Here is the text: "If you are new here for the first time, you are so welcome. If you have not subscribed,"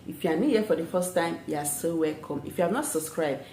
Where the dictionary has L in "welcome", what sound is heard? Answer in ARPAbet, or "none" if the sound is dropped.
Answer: L